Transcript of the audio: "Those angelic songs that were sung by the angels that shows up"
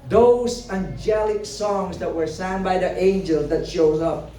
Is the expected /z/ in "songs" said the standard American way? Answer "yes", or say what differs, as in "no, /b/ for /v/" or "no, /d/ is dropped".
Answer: yes